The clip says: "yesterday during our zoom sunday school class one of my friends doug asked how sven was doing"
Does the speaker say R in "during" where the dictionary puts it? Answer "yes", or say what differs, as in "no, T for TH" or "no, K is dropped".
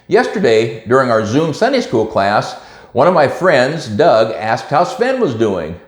yes